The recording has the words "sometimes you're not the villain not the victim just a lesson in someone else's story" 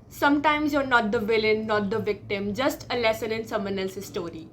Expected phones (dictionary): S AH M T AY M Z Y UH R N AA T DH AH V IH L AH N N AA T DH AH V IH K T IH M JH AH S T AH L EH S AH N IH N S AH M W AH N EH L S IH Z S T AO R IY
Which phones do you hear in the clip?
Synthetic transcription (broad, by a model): S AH M T AY M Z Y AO R N AA T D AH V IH L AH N N AA T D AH V IH K T IH M JH AH S T AH L EH S AH N IH N S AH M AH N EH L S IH S T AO R IY